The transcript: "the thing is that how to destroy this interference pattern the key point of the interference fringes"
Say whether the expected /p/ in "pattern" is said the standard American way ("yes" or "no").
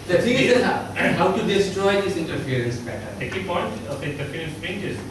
no